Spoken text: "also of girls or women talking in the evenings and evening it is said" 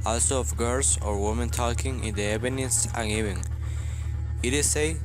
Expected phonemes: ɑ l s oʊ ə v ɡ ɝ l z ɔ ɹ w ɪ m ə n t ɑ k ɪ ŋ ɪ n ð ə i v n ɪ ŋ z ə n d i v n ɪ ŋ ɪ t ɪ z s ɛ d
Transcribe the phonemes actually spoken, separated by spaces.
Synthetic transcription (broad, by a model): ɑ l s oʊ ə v ɡ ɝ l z ɔ ɹ w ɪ m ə n t ɑ k ɪ ŋ ɪ n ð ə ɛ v n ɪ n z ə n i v ɪ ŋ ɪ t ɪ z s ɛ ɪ